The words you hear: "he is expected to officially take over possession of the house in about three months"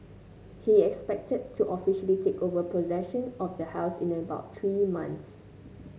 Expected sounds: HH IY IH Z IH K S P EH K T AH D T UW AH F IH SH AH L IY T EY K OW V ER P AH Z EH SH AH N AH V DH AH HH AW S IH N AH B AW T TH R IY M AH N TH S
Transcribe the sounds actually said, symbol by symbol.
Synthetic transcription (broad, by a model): HH IY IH K S P EH K T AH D T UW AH F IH SH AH L IY T EY K OW V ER P AH Z EH SH AH N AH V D AH HH AW S IH N AH B AW T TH R IY M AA N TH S